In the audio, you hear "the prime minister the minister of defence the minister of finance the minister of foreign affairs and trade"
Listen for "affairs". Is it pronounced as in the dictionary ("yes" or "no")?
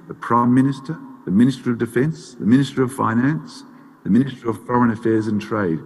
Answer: yes